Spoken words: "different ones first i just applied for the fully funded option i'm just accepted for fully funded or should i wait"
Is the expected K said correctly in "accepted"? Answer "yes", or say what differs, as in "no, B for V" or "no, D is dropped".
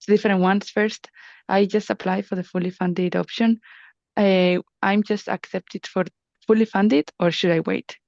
yes